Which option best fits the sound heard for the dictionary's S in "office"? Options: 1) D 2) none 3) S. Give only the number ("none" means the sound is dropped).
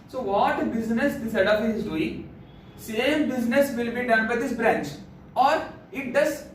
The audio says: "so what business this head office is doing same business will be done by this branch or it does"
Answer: 2